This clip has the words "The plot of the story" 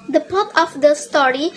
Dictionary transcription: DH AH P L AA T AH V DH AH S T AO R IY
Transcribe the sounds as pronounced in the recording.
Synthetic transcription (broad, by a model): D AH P AA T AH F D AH S T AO R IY